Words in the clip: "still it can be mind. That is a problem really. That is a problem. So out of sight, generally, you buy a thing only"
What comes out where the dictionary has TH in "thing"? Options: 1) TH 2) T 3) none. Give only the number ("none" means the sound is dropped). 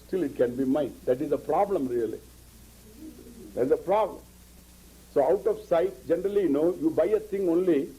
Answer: 2